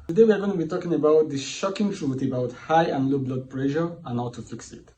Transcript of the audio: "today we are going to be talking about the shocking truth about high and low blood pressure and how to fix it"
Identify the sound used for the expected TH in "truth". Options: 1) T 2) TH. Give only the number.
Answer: 1